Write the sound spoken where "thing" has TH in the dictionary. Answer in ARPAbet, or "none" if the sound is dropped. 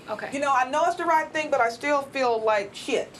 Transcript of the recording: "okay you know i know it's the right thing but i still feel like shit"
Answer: TH